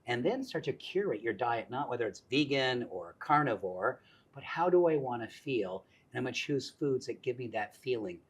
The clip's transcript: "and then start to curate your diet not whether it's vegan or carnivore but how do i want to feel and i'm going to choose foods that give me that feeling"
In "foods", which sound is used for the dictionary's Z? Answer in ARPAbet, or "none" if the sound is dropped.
Z